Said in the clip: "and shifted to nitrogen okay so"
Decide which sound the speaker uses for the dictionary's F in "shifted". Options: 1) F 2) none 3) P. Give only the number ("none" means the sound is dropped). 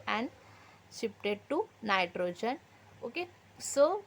3